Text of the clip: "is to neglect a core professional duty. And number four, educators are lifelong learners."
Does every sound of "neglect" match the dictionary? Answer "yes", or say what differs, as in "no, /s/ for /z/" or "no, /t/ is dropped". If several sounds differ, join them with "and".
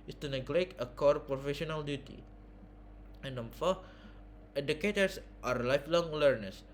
no, /t/ is dropped